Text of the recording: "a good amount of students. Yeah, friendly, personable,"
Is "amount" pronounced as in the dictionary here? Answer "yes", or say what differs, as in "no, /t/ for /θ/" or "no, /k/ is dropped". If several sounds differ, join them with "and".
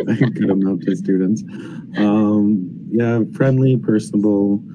no, /n/ is dropped